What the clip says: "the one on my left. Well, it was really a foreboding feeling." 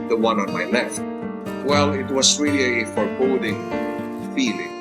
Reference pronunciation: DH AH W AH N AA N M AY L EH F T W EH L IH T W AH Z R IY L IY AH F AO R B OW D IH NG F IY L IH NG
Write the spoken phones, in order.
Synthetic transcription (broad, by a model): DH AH W AH N AA N M AY L EH F T W EH L IH T W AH S R IY L IY AH F AO R B OW D IH NG F IY L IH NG